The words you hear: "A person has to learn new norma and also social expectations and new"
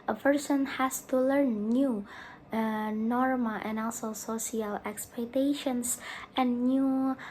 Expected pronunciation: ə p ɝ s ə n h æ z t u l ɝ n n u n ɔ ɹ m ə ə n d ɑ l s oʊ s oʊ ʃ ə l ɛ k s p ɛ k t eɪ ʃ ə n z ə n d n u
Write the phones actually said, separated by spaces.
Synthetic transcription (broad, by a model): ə p ɝ s ə n h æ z t u l ɝ n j u n ɔ ɹ m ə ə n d ɑ l s oʊ s oʊ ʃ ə l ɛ k s p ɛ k t eɪ ʃ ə n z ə n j u